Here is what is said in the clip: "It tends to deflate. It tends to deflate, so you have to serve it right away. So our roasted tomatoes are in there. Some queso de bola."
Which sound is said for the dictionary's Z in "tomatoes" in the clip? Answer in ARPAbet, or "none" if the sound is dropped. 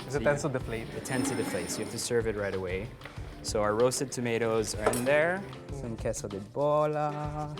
Z